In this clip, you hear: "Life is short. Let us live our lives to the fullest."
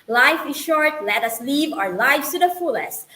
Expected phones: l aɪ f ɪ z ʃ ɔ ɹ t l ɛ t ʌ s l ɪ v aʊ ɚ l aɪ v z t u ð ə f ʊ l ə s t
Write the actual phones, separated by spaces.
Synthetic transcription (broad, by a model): l aɪ f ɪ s ʃ ɔ ɹ t l ɛ t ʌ s l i v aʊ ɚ l aɪ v t u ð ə f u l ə s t